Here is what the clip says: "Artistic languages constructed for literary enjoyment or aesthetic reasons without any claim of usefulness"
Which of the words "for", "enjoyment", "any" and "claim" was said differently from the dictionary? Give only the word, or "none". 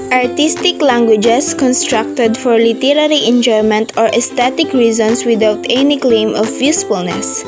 none